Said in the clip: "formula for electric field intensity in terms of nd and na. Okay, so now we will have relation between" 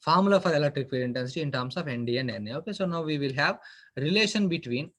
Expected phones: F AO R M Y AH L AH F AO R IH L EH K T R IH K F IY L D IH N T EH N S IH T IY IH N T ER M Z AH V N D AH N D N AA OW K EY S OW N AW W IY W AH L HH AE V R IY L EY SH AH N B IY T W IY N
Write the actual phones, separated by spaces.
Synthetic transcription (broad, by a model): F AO R M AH L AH F AO R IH L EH K T R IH K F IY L IH N T EH N S IH T IY IH N T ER M S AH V N D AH N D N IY OW K EY S OW N AW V IY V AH L HH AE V R IY L EY SH AH N B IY T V IY N